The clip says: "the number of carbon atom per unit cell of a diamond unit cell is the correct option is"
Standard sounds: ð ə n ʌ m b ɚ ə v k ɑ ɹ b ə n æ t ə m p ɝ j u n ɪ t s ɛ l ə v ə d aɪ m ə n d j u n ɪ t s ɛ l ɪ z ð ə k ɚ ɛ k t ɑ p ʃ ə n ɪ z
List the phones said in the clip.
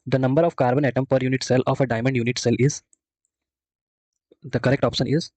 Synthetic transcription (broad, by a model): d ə n ʌ m b ɚ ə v k ɑ ɹ b ə n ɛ t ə m p ɝ j u n ɪ t s ɛ l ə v ə d aɪ m ə n d j u n ɪ t s ɛ l ɪ z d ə k ɚ ɛ k t ɑ p ʃ ə n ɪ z